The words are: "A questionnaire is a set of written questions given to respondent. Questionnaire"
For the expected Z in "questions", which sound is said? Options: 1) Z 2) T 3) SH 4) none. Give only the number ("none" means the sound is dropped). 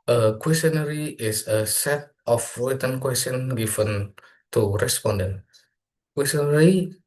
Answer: 4